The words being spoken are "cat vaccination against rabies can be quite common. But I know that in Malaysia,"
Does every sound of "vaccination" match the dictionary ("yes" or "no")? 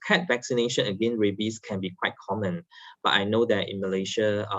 yes